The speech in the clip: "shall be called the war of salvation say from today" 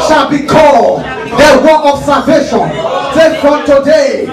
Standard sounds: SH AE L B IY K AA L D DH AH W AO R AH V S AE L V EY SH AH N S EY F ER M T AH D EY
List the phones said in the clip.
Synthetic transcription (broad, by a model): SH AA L B IY K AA D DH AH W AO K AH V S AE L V EY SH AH N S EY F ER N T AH D EY